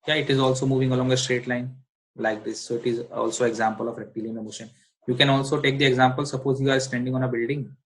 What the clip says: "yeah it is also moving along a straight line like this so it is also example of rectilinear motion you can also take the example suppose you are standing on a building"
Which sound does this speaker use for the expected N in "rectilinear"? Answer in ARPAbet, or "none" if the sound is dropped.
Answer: none